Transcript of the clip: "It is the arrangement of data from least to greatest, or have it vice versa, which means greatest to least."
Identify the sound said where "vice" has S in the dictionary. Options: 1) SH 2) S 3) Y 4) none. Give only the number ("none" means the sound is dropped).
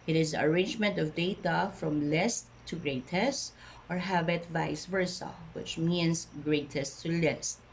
2